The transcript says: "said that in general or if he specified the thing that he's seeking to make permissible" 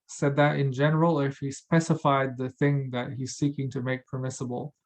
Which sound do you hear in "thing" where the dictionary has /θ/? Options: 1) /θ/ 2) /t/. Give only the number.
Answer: 1